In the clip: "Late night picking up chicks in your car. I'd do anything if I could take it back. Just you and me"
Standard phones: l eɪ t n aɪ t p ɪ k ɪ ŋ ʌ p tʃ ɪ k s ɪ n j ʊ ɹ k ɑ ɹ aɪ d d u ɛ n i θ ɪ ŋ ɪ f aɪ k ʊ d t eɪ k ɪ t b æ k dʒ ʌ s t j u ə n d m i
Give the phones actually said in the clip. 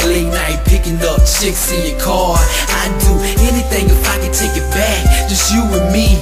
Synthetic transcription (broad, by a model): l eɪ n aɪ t p ɪ k ɪ ŋ ʌ p tʃ ɪ k s ɪ n j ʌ ɹ k ɑ ɹ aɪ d d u ɛ n i θ ɪ ŋ ɪ f aɪ k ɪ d t eɪ k ɪ t b æ k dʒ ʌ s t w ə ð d m i